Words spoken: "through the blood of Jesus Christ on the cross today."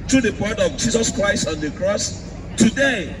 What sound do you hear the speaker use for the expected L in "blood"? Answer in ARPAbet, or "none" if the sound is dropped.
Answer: none